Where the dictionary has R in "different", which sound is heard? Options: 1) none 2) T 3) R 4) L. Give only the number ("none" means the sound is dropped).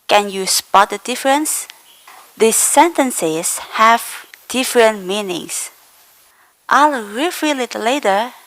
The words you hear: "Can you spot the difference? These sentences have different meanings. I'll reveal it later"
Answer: 3